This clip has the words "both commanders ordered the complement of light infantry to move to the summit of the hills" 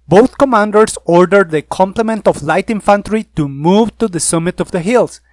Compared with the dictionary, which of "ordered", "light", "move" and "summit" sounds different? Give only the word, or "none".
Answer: none